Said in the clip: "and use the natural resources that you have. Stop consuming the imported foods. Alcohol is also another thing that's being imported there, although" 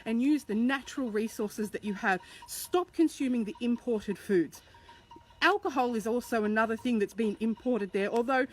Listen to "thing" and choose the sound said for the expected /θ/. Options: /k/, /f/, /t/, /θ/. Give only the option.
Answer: /θ/